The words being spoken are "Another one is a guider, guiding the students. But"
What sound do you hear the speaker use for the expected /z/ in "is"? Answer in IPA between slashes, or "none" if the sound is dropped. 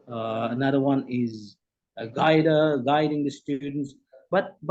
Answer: /z/